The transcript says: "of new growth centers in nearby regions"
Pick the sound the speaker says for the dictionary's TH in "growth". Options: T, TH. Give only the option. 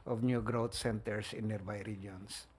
T